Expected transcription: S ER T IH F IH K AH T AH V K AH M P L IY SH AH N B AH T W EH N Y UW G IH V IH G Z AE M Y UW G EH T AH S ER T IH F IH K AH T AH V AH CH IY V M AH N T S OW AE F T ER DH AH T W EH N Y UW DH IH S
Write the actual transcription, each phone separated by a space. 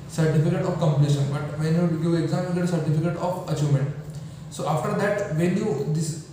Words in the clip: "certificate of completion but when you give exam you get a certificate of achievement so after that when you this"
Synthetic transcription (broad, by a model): S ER T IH F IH K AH T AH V K AH M P L IY SH AH N B AH T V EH N Y UW G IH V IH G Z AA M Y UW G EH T S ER T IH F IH K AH T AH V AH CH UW M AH N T S OW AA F T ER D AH T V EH N Y UW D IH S